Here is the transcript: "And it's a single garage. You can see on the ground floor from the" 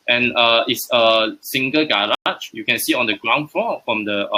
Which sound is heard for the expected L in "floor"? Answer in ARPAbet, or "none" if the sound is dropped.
none